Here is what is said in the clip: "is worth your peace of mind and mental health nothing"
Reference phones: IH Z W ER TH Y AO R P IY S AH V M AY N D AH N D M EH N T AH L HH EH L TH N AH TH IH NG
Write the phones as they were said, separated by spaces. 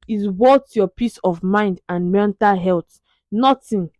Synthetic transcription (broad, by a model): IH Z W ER T Y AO P IY S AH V M AY N D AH N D M EH N T AH L HH EH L T N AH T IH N